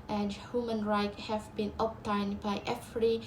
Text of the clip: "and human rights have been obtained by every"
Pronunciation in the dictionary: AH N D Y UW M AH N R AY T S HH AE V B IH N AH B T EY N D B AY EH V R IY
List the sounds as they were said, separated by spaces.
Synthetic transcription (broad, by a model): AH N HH Y UW M AH N R AY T HH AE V B IH N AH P T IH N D B AY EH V R IY